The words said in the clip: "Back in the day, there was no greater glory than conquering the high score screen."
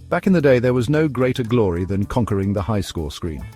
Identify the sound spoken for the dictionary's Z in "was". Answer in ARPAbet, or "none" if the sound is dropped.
Z